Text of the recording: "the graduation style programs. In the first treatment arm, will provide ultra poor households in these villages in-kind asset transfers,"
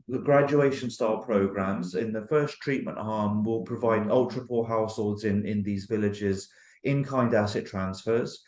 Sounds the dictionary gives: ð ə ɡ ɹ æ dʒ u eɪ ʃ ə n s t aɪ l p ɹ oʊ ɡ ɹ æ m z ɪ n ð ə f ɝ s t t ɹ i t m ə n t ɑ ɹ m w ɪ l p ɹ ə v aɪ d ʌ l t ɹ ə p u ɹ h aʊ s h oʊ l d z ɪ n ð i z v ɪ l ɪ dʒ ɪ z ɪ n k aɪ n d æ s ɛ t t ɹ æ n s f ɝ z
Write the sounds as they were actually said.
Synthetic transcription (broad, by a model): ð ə ɡ ɹ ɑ dʒ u eɪ ʃ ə n s t aɪ l p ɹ oʊ ɡ ɹ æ m z ɪ n ð ə f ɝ s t t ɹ i t m ə n t ɑ m w ɪ l p ɹ ə v aɪ d ʌ l t ɹ ə p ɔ l h aʊ s h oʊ l d z ɪ n ð i z v ɪ l ɪ dʒ ɪ z ɪ n k aɪ n d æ s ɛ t t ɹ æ n s f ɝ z